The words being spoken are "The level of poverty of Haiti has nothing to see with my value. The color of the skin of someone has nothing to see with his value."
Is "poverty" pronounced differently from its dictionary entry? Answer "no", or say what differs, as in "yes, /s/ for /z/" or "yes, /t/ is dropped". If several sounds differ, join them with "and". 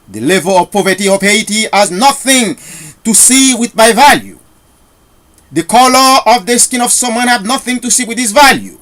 no